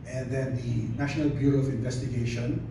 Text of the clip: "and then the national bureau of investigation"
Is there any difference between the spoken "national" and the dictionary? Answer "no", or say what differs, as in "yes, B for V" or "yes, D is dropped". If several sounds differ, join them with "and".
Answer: no